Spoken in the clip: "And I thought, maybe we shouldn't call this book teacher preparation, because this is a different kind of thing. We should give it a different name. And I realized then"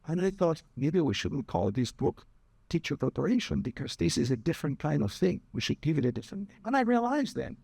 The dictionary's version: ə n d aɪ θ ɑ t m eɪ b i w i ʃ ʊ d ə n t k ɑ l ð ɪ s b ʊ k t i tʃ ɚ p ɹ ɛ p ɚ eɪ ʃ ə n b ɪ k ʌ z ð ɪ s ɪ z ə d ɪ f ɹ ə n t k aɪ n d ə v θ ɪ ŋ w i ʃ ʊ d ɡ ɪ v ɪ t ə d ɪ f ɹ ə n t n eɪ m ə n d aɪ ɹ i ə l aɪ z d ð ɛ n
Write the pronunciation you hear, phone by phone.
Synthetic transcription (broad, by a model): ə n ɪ θ ɑ t m eɪ b i w i ʃ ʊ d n k ɑ l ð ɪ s b ʊ k t i tʃ ɚ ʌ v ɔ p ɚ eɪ ʃ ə n b ɪ k ʌ z ð ɪ s ɪ z ə d ɪ f ɹ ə n k aɪ n d ə v θ ɪ ŋ w i ʃ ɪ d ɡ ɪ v ɪ t ə d ɪ f ɹ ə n n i ə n aɪ ɹ i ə l aɪ z ð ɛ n